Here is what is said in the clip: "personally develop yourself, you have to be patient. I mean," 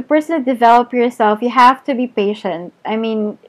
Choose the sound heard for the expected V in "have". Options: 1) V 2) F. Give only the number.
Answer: 2